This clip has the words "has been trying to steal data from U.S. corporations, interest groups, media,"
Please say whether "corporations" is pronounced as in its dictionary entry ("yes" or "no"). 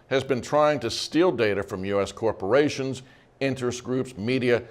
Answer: yes